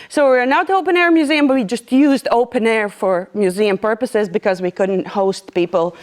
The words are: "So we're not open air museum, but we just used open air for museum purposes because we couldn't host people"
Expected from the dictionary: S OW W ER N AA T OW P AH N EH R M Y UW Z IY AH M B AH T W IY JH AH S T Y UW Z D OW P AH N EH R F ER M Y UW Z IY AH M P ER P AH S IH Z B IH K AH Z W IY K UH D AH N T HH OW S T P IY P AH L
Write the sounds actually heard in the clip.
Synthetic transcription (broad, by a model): S OW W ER N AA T OW P AH N EH R M Y UW Z IY AH M B AH T W IY JH AH S T Y UW Z D OW P AH N EH R F ER M Y UW Z IY AH M P ER P AH S IH Z B IH K AH Z W IY K UH D N T HH OW S T P IY P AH L